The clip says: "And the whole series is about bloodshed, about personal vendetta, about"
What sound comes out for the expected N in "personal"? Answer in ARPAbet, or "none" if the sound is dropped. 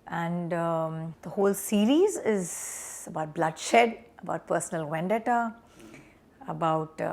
N